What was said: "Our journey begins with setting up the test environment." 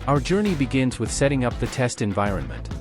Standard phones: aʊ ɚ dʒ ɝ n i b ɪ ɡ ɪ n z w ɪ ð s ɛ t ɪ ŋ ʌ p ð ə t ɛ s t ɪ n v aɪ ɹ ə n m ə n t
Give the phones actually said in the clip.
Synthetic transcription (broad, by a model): aʊ ɚ dʒ ɝ n i b ɪ ɡ ɪ n z w ɪ ð s ɛ t ɪ ŋ ʌ p ð ə t ɛ s t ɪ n v aɪ ɹ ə n m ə n t